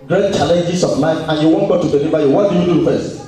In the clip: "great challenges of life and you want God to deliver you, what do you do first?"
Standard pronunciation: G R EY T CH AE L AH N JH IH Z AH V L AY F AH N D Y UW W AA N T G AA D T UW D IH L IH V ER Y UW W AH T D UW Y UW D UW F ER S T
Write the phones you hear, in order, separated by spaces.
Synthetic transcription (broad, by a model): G R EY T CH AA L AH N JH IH S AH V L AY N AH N Y UW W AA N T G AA T UW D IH L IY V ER Y UW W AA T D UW Y UW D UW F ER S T